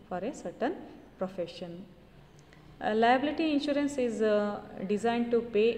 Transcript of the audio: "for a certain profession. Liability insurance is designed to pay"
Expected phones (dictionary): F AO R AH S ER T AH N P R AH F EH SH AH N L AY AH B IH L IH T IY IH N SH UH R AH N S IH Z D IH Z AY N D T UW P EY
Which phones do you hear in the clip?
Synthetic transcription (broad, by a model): F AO R AH S ER T AH N P R AH F EH SH AH N L AY AH B IH L IH T IY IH N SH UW R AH N S IH Z D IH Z AY N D T UW P EY